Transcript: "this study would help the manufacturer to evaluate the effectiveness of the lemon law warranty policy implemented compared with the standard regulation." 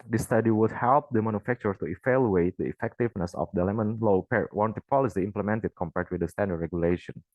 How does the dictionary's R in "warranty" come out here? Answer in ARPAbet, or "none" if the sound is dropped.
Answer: W